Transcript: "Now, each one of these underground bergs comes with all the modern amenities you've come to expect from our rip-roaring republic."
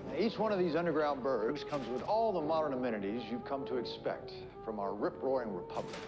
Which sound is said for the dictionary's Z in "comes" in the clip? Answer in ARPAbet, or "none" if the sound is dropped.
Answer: Z